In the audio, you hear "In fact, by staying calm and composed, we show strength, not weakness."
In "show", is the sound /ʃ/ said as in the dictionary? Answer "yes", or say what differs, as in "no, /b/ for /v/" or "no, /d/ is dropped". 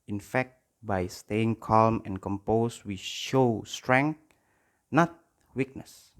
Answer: yes